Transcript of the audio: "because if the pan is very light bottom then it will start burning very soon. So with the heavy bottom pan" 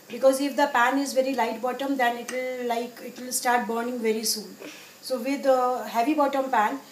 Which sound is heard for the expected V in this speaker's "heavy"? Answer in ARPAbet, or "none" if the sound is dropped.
V